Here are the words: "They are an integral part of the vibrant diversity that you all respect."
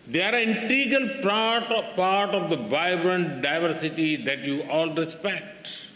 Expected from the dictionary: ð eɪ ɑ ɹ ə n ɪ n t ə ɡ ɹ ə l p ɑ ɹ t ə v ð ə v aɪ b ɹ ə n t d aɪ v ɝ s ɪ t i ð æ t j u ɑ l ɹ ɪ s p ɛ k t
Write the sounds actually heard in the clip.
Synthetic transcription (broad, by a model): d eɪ ɑ ɹ ə n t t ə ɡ l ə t p ɑ ɹ t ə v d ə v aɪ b ɹ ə n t d aɪ v ɝ s ɪ t i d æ t j u ɑ l ɹ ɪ s p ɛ k t